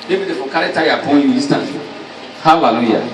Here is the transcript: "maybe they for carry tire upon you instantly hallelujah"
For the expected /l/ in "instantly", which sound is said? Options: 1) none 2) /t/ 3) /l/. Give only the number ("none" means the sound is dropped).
1